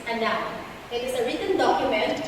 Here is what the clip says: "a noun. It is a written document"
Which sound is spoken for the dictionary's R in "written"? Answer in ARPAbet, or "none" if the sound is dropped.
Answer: R